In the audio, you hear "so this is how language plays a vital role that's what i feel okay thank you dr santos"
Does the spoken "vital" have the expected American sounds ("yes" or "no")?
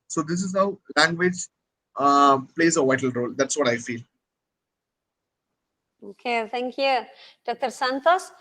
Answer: yes